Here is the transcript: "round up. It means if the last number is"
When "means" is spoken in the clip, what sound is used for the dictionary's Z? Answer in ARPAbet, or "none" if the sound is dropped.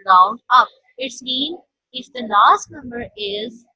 none